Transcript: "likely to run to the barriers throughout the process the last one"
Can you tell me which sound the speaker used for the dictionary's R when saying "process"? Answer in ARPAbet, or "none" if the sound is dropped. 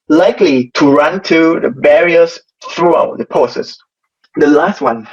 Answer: none